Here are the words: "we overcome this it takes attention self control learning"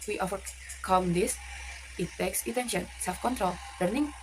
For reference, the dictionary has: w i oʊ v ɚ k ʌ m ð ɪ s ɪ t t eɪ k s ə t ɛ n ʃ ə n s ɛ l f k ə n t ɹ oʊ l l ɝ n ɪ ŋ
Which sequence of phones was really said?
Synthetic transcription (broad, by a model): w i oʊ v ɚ k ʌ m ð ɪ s ɪ t t eɪ k s ə t ɛ n ʃ ə n s ɛ l f k ə n t ɹ oʊ l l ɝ n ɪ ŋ